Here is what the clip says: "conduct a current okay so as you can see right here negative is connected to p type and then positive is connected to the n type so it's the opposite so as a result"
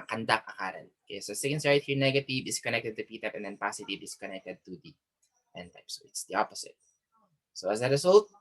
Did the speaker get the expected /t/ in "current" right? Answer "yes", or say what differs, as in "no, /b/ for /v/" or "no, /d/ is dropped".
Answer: no, /t/ is dropped